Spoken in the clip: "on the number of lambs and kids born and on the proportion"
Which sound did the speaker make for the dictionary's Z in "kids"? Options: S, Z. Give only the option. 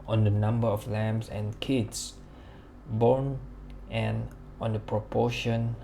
S